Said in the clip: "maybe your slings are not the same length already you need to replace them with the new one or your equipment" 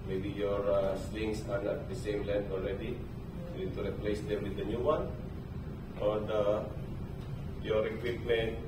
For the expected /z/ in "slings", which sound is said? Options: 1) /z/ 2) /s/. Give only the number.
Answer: 2